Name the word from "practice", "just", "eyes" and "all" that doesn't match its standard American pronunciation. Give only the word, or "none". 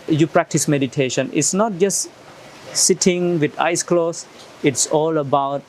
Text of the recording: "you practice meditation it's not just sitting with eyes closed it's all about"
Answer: eyes